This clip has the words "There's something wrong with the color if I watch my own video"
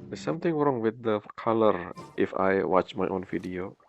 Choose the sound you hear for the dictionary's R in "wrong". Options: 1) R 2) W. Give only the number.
1